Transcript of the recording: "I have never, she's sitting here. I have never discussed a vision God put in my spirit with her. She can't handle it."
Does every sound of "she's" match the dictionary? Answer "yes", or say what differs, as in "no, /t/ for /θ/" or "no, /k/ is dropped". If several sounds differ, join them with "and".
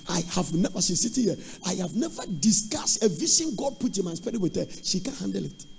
no, /s/ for /ʃ/